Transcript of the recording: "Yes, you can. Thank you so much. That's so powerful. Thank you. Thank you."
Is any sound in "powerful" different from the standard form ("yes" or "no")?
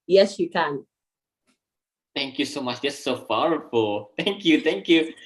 yes